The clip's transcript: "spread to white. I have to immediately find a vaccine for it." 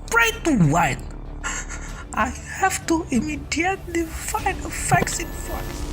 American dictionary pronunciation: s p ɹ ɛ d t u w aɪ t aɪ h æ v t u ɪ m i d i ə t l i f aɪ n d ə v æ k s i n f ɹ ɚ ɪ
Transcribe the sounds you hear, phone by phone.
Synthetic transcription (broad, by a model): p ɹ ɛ t u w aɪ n aɪ h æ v t u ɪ m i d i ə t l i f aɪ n ə f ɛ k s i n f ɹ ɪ